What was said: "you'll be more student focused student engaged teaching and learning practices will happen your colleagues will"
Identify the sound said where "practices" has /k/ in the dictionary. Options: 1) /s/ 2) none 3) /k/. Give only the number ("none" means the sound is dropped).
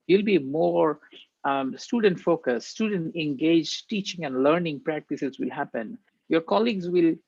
3